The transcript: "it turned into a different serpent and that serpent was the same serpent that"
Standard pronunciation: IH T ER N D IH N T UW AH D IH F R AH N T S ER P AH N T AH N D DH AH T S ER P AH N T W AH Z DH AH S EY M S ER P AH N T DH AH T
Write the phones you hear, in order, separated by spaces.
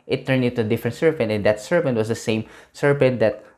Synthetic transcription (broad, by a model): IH T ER N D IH T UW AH D IH F R AH N T S ER P AH N T AH N D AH T S ER P AH N T W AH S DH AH S EY M S ER P AH N T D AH T